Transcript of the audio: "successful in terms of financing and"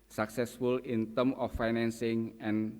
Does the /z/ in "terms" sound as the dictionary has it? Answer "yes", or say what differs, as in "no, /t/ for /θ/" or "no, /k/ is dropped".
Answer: no, /z/ is dropped